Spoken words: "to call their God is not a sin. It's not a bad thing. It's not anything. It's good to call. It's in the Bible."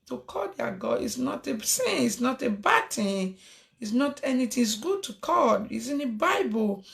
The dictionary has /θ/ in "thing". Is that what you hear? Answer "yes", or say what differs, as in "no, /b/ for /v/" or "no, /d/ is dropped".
no, /t/ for /θ/